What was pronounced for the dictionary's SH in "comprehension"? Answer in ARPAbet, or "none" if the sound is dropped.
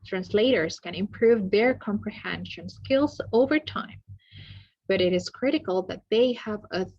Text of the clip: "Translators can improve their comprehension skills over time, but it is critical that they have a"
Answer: SH